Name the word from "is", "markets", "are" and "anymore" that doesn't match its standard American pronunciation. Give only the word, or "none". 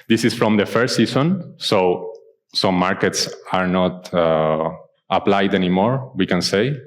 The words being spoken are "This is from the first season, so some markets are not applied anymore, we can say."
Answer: is